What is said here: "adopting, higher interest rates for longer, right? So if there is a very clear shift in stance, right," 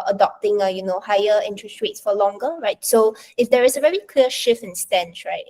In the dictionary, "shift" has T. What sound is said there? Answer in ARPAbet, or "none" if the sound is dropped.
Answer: none